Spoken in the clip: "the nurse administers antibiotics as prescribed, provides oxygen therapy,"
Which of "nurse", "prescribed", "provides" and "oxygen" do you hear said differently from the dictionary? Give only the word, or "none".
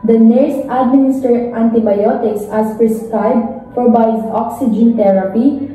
provides